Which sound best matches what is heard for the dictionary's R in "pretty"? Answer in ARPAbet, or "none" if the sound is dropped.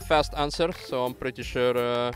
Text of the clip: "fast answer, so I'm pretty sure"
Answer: R